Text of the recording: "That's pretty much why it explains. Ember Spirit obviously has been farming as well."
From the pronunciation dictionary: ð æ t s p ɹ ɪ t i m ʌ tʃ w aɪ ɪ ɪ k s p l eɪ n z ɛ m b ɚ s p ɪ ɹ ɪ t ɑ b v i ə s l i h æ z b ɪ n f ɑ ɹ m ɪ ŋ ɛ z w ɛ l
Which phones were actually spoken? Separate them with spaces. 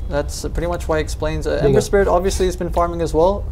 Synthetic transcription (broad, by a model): ð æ t s p ɹ ɪ t i m ʌ tʃ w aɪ ɪ ɪ k s p l eɪ n z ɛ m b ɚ s p ɪ ɹ ɪ t ɑ b v i ə s l i z b ɪ n f ɑ ɹ m ɪ ŋ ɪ z w ɛ l